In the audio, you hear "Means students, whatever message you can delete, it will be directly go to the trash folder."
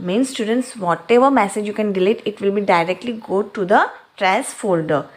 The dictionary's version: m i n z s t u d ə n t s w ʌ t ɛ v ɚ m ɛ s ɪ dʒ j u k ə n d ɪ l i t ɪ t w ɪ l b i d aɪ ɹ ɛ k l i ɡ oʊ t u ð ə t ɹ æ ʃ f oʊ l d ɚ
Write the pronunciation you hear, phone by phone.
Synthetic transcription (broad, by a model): m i n s t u d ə n t s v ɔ t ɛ v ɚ m ɛ s ɪ dʒ j u k ə n d ɪ l i t ɪ t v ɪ l b i d aɪ ɹ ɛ k l i ɡ oʊ t u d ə t ɹ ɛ s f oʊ l d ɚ